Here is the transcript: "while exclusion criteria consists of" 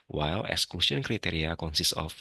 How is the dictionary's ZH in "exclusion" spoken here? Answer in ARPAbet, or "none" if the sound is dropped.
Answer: S